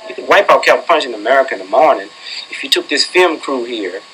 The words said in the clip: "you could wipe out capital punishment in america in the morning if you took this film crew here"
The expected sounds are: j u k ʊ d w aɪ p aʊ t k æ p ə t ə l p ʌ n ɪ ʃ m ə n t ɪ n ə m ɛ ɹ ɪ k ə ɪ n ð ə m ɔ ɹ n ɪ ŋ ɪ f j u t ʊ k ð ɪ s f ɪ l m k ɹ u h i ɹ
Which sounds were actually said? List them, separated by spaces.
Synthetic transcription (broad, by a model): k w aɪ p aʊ k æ ə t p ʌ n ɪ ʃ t ɪ n ə m ɛ ɹ ɪ k ə ɪ n ð ə m ɔ ɹ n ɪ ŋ ɪ f j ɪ t ʊ k ð ɪ s f ɪ l m k ɹ u h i ɹ